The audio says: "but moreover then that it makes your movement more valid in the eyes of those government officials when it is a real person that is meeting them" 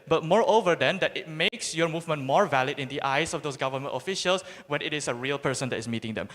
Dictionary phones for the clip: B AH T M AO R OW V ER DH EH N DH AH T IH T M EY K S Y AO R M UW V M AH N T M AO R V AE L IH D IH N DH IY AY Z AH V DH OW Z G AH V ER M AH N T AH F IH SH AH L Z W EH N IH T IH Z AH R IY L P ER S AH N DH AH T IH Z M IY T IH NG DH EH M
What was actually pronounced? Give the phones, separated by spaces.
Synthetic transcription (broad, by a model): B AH T M AO R OW V ER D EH N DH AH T IH T M EY K S Y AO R M UW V M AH N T M AO R V AE L IH D IH N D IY AY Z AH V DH OW S G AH V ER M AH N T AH F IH SH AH L S W EH N IH T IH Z AH R IY L P ER S AH N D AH T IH S M IY T IH NG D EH M